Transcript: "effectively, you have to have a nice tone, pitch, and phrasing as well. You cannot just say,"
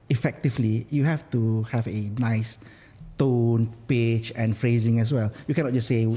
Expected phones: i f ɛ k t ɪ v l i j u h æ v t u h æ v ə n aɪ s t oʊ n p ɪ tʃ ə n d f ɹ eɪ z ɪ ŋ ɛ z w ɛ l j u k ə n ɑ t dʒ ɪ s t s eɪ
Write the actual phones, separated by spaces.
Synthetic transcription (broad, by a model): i f ɛ k t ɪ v l i j u h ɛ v t u h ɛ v ə n aɪ s t oʊ n p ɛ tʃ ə n f ɹ eɪ z ɪ ŋ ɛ s w ɛ l j u k ə n ɑ t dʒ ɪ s s eɪ